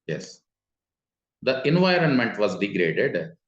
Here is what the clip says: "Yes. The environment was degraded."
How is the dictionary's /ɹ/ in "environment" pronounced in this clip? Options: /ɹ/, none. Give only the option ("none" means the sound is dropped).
/ɹ/